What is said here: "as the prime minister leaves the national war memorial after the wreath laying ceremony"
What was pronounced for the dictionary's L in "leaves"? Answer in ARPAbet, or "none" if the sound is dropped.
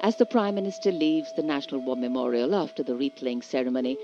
L